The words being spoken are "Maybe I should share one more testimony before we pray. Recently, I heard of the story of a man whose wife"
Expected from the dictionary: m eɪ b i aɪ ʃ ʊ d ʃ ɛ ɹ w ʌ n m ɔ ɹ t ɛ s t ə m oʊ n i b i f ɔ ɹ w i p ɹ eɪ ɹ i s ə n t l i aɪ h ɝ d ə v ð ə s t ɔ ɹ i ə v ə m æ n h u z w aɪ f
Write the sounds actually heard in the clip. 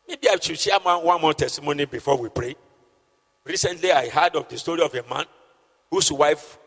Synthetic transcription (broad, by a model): m eɪ b i aɪ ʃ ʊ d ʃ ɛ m w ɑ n m ɔ t ɛ s t ə m oʊ n i b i f ɔ w i p ɹ eɪ ɹ i s ə n t l i aɪ h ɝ d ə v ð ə s t ɔ ɹ i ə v ə m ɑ n h u s w aɪ f